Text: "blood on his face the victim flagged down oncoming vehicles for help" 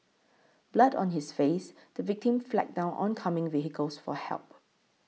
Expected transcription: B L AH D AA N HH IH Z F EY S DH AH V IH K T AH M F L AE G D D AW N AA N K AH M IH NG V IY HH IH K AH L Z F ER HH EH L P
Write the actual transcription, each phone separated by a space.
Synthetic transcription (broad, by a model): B L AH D AA N HH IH S F EY S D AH V IH K T AH M F L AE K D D AW N AA N K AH M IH NG V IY HH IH K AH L S F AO HH EH L P